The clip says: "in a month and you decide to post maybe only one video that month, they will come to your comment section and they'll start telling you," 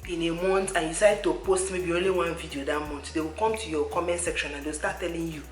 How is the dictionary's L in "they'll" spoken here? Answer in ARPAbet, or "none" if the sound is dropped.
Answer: W